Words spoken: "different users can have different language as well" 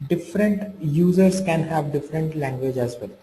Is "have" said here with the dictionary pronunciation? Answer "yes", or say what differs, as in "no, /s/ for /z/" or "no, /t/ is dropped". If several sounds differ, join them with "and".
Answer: yes